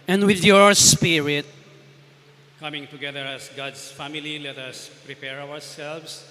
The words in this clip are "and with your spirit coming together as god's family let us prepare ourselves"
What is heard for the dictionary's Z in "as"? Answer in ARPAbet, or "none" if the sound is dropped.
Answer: S